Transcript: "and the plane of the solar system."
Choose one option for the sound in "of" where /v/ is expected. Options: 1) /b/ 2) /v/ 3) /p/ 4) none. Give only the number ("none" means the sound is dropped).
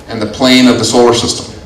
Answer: 2